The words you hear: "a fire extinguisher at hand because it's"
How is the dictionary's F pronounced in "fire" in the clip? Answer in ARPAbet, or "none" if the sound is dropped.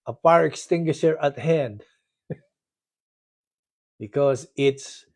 P